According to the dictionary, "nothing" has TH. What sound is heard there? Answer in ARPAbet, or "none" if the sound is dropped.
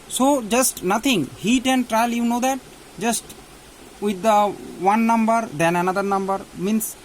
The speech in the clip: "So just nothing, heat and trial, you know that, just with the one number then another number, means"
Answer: T